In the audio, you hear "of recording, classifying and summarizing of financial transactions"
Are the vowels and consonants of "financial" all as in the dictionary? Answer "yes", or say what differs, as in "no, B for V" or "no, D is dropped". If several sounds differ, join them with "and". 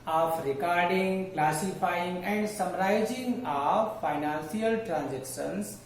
no, S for SH